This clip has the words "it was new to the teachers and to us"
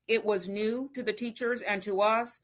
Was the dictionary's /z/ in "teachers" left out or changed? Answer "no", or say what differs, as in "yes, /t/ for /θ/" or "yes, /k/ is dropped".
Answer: no